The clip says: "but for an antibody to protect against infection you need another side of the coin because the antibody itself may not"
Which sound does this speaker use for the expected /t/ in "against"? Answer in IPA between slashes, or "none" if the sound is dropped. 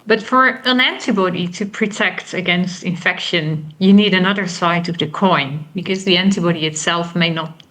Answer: /t/